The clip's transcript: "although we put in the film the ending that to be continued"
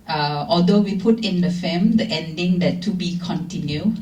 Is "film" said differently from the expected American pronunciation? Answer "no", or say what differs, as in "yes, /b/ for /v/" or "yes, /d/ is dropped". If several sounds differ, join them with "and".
yes, /l/ is dropped